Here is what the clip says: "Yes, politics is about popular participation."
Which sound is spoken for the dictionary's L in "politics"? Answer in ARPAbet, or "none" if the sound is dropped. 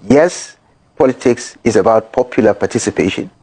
L